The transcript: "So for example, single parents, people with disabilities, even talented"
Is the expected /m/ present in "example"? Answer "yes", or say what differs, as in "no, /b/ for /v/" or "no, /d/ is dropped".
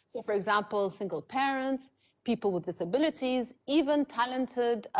yes